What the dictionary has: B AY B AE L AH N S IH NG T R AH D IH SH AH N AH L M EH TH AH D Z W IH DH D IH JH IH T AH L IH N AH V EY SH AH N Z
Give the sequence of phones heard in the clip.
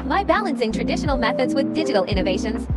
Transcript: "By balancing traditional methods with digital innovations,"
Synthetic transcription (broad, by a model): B AY B AE L AH N S IH NG T R AH D IH SH AH N AH L M EH TH AH D Z W IH DH D IH JH IH T AH L IH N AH V EY SH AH N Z